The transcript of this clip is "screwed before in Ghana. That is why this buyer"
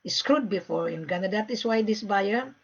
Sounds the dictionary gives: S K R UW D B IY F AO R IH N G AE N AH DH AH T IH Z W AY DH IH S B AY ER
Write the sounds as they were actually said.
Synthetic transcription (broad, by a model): S K R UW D B IY F AO R IH N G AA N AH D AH T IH S W AY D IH S B AY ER